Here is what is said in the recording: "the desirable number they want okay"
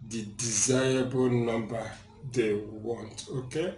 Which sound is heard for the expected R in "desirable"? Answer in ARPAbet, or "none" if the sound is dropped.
none